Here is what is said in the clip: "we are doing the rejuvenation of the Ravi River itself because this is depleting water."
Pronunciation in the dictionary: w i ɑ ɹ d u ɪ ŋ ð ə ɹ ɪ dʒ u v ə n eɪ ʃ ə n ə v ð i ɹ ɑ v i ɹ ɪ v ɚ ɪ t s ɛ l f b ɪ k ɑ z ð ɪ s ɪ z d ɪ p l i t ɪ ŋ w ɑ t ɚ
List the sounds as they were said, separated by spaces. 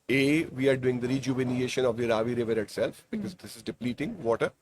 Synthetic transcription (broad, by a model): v i ɑ ɹ d u ɪ ŋ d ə ɹ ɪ dʒ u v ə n eɪ ʃ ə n ə v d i ɹ ɑ v i ɹ ɪ v ɚ ɪ t s ɛ l f b ɪ k ɑ z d ɪ s ɪ z d ɪ p l i t ɪ ŋ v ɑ t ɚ